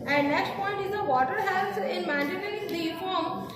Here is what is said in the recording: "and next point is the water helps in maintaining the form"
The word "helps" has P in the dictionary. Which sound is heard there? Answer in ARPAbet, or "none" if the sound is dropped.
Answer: none